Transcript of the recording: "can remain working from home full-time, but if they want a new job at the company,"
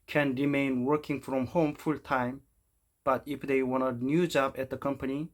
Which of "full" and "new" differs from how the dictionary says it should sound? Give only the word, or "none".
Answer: none